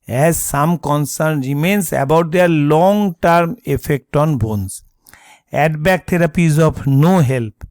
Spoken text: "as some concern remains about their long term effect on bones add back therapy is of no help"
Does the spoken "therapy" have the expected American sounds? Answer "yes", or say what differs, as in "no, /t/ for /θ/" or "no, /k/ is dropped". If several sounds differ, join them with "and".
no, /t/ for /θ/